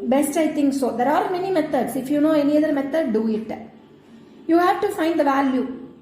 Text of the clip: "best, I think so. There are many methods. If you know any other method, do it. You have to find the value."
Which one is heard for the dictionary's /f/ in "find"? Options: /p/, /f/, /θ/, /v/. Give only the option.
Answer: /f/